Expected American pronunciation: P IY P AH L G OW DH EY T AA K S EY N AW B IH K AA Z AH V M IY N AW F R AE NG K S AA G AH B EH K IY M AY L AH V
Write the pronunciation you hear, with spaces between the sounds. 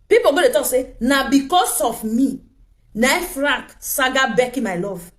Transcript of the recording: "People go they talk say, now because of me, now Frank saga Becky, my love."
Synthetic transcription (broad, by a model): P IY P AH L G OW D EY T AA K S EY N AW B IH K AA S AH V M IY N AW F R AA K S AA G AH B EH K IY M AY L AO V